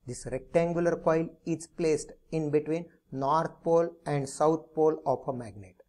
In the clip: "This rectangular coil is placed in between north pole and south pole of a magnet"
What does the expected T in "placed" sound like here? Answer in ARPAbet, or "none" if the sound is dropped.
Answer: T